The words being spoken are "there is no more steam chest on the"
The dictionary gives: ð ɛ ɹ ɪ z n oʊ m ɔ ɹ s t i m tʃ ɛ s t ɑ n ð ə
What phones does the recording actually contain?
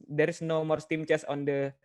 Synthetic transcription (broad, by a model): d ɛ ɹ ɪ s n oʊ m ɔ ɹ s t i m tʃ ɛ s ɑ n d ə